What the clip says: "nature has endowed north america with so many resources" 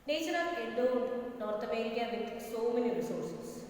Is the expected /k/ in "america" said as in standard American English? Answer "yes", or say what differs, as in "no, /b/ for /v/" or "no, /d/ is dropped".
no, /k/ is dropped